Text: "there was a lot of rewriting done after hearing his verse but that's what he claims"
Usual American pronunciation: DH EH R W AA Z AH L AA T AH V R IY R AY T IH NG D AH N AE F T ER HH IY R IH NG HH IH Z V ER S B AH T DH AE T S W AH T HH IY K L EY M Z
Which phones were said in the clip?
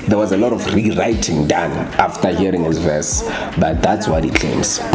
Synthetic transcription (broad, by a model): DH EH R W AA Z AH L AA T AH F R IY R AY T IH NG D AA N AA F T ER HH IY R IH NG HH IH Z V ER S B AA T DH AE T S W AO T HH IY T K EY M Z